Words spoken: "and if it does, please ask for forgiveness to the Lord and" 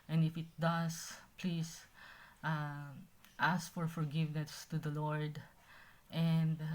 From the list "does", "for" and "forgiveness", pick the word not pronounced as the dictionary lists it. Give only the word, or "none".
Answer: does